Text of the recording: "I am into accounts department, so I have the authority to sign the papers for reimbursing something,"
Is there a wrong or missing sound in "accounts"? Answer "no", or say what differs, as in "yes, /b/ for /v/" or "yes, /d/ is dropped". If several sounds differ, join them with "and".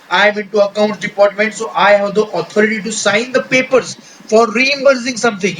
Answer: yes, /s/ is dropped